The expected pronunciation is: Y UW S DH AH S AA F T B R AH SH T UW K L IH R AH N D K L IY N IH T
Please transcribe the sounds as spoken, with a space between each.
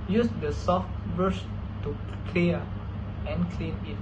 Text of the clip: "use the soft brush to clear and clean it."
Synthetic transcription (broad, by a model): Y UW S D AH S AA F T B AH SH T UW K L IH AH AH N K L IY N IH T